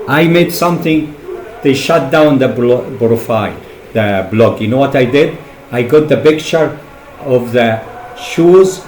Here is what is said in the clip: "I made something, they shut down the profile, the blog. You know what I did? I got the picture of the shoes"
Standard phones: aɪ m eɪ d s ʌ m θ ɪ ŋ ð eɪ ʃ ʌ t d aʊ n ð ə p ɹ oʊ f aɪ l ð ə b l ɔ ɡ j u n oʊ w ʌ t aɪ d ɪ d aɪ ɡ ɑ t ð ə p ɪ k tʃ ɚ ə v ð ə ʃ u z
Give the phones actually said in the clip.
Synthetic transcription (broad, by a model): aɪ m eɪ d s ʌ m θ ɪ ŋ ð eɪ ʃ ʌ t d aʊ n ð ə b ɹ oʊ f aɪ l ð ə b l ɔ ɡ j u n oʊ w ʌ t aɪ d ɪ d aɪ ɡ ɑ t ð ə p ɪ k tʃ ɚ ə v ð ə ʃ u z